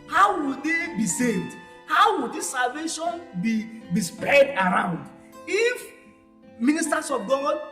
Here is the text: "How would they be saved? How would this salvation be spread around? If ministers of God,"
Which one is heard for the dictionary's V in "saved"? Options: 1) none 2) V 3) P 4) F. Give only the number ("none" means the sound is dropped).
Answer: 1